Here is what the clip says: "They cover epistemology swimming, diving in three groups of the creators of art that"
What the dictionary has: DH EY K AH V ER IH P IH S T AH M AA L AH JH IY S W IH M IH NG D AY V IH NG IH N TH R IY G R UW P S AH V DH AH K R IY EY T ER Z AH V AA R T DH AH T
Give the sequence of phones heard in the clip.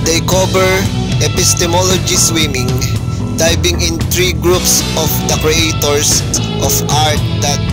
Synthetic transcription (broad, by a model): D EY K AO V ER IH P IH S T AH M AA L AH JH IY S W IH M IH NG D AY B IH NG IH N T R IY G R UW P S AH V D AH K R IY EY T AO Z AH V AA R T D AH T